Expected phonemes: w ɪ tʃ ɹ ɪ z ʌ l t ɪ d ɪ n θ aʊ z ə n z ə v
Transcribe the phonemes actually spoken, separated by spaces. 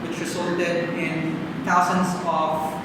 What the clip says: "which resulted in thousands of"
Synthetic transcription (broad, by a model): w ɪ tʃ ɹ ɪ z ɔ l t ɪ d ɪ n t aʊ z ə n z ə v